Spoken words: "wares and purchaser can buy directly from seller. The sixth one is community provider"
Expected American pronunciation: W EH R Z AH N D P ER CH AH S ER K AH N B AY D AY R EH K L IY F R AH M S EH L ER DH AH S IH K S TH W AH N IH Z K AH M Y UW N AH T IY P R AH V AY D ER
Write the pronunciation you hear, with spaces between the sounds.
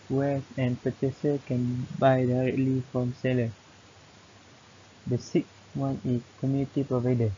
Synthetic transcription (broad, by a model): W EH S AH N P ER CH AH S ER K AH N B AY D AY R EH K L IY F R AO M S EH L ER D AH S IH K S W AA N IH S K AH M Y UW N AH T IY P R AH V AY D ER